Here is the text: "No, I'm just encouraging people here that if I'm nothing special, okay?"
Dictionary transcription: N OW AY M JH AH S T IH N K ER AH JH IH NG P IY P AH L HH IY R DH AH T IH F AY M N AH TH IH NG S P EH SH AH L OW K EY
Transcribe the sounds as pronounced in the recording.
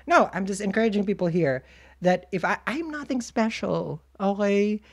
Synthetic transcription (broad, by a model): N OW AY M JH AH S T IH N K ER AH JH IH NG P IY P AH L HH IY R DH AH T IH F AY M N AH TH IH NG S P EH SH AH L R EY